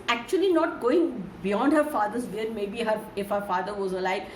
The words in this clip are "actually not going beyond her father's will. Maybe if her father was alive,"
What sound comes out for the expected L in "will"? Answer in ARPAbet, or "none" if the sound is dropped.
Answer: N